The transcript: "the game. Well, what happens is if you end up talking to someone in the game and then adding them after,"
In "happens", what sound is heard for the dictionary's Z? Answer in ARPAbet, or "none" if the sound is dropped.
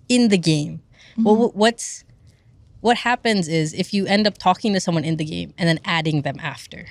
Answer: Z